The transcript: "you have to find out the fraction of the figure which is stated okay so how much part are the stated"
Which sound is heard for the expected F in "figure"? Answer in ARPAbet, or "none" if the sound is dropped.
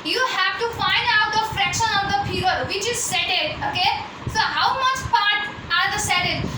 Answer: P